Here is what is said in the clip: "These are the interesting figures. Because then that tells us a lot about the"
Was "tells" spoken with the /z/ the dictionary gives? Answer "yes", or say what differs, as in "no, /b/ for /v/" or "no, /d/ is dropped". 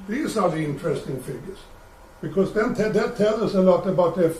no, /z/ is dropped